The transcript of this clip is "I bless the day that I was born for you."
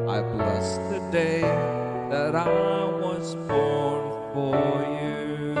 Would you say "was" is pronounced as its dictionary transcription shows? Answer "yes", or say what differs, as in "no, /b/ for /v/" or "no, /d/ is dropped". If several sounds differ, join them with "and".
yes